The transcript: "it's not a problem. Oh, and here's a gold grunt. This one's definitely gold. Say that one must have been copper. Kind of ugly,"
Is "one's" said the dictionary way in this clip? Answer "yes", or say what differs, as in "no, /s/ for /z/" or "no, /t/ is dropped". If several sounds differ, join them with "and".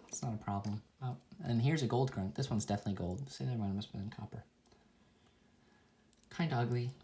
yes